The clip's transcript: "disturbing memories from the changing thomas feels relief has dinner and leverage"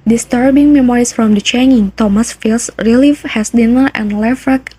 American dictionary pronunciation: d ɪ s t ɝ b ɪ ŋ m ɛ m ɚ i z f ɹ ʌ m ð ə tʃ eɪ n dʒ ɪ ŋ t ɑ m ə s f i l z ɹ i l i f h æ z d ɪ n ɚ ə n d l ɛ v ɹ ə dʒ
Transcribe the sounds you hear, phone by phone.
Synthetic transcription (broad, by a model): d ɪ s t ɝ b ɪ ŋ m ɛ m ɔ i s f ɹ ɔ m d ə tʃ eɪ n ɪ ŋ t ɑ m ə s f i l s ɹ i l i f h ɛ s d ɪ n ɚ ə n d l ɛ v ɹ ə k